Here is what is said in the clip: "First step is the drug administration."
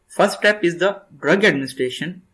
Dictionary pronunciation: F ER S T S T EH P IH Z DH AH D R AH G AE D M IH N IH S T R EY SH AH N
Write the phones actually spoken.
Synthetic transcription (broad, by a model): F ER S T T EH P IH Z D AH D R AH G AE D M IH N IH S T R EY SH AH N